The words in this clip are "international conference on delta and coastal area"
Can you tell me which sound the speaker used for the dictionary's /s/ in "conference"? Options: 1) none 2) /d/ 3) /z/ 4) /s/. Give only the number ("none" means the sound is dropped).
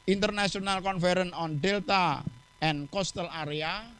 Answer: 1